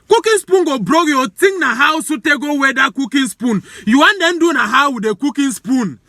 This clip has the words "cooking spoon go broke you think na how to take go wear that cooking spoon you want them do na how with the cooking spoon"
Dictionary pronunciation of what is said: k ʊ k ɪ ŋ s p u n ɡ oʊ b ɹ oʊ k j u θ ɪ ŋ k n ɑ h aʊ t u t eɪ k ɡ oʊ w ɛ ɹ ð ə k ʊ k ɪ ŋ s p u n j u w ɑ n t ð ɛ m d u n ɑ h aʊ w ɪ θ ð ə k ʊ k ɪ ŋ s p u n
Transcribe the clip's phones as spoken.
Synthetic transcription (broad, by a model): k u k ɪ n s p u n ɡ oʊ b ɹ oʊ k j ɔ t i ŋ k n ɑ h aʊ s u t eɪ ɡ oʊ w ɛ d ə k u k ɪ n s p u n j u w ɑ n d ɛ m d u n ɑ h aʊ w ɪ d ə k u k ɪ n s p u n